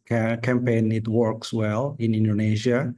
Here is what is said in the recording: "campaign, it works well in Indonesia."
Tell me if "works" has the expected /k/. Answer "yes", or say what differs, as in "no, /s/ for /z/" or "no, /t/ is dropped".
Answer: yes